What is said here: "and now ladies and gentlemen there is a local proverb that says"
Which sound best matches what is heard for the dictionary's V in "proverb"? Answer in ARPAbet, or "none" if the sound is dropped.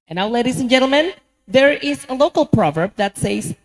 V